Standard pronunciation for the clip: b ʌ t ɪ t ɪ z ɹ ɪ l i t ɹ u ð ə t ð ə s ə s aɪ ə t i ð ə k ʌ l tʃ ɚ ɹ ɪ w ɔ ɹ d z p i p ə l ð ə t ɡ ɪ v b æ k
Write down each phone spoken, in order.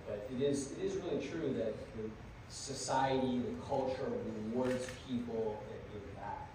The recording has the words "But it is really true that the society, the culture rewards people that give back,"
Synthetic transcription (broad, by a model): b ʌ t ɪ t ɪ z ɹ ɪ l i t ɹ u ð ə t ð ə s ə s aɪ ə t i ð ə k ʌ l tʃ ɚ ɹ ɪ w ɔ ɹ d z p i p l ð ə t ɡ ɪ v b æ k